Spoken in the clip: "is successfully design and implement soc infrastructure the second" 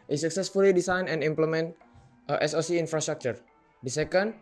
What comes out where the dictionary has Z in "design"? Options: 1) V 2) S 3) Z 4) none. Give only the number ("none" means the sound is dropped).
2